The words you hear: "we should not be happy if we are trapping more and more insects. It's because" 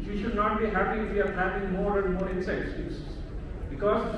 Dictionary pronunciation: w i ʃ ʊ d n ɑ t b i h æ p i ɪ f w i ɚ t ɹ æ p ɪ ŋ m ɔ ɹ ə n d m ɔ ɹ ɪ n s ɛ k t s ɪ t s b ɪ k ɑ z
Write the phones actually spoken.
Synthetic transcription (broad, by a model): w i ʃ ʊ d n ɑ t b i h æ p i ɪ f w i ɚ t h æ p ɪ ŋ m ɔ ɹ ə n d m ɔ ɹ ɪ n s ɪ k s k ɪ s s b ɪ k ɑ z